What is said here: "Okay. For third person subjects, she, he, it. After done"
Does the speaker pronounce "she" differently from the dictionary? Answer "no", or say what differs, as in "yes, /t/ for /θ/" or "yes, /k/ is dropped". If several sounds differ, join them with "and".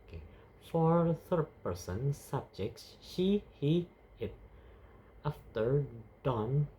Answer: no